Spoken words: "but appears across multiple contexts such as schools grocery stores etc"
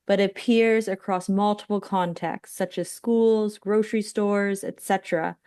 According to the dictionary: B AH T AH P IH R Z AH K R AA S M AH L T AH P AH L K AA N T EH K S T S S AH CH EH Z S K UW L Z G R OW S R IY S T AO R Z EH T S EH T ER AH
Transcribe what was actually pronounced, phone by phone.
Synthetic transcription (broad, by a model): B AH T AH P IH R Z AH K R AA S M AH L T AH P L K AA N T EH K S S S AH CH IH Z S K UW L Z G R OW S R IY S T AO R Z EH T S EH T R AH